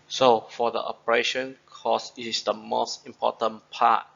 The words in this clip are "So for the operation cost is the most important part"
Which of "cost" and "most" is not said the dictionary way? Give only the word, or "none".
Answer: cost